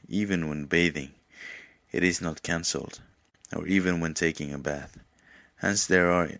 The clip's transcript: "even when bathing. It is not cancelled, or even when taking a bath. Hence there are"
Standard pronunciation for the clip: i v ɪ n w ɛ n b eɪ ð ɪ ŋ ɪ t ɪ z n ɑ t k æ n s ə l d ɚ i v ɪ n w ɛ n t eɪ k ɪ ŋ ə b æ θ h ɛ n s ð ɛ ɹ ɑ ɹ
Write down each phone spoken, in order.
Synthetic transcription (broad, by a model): i v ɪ n w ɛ n b eɪ ð ɪ ŋ ɪ t ɪ z n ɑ t k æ n s l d ɚ i v ɪ n w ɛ n t eɪ k ɪ ŋ ə b æ θ h ɛ n s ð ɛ ɹ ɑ ɹ